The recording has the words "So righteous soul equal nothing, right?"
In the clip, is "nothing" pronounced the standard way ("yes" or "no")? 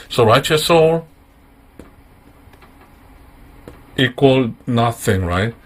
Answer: yes